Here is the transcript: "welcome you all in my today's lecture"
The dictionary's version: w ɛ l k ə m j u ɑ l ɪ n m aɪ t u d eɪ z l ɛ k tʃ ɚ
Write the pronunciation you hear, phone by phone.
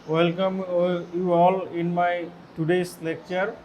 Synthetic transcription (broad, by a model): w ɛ l k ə m j u ɑ l ɪ n m aɪ t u d eɪ s l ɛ k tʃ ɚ